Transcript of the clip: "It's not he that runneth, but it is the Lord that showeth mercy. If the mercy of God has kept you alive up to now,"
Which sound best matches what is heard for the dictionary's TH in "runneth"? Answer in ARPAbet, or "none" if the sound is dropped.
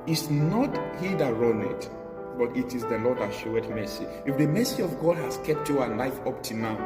T